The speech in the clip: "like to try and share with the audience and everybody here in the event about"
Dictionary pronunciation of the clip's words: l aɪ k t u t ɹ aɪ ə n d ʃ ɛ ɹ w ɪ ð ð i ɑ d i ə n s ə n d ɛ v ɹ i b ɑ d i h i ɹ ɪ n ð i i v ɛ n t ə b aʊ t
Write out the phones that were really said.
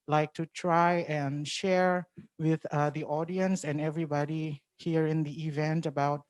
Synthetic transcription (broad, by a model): l aɪ k t u t ɹ aɪ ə n ʃ ɛ ɹ w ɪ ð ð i ɑ d i ə n s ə n ɛ v ɹ i b ɑ d i h i ɹ ɪ n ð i i v ɛ n t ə b aʊ t